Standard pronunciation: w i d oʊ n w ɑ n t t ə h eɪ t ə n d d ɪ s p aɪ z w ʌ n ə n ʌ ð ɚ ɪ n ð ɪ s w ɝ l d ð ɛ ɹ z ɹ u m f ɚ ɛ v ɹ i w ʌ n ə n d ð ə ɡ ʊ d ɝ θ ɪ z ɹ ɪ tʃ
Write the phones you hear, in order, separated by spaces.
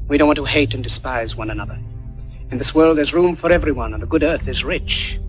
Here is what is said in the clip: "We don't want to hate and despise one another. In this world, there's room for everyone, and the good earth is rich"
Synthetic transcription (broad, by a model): w i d oʊ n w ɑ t t ə h eɪ t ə n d d ɪ s p aɪ z w ʌ n ə n ʌ ð ɚ ɪ n ð ɪ s w ɝ l d ð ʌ ɹ z ɹ u m f ɚ ɛ v ɹ i w ʌ n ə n ð ə ɡ ʊ d ɝ θ ɪ z ɹ ɪ tʃ